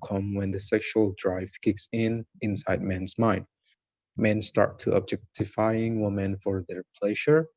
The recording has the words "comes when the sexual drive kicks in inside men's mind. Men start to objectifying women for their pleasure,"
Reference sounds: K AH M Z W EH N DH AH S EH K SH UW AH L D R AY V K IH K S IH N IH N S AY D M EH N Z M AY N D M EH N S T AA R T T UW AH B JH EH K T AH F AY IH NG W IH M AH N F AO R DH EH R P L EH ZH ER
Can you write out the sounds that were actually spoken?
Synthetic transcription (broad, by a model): K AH M W EH N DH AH S EH K SH UW AH L D R AY V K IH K S IH N IH N S AY D M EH N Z M AY N D M EH N S T AA R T T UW AH B JH EH K T AH F AY IH NG W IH M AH N F AO R DH EH R P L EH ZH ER